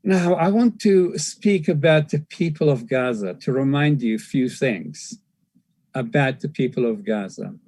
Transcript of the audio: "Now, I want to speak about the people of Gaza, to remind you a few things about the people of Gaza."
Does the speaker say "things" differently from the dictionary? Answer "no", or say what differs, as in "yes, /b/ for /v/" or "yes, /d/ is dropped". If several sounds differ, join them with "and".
no